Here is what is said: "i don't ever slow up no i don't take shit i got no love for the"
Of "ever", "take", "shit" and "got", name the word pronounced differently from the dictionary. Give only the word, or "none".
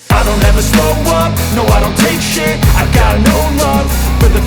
shit